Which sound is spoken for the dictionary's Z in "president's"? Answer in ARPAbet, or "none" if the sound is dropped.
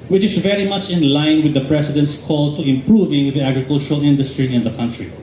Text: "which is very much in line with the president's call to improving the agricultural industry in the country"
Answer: S